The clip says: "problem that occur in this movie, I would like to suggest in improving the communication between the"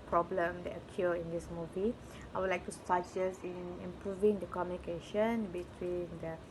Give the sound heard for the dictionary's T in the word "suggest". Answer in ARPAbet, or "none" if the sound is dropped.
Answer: none